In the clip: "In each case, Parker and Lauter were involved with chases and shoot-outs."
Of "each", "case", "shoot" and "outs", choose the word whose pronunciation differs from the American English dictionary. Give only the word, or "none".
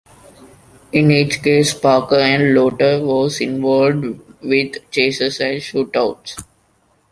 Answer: none